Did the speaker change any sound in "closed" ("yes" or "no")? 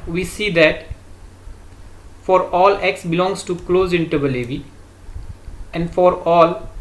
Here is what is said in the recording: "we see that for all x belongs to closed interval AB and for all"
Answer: yes